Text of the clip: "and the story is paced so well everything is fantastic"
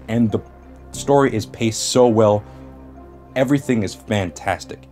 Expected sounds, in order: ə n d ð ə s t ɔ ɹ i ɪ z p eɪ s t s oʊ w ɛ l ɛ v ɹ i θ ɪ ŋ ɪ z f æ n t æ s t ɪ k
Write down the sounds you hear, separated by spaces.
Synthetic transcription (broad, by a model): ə n ð ə s t ɔ ɹ i ɪ z p eɪ s t s oʊ w ɛ l ɛ v ɹ i θ ɪ ŋ ɪ z f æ n t æ s t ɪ k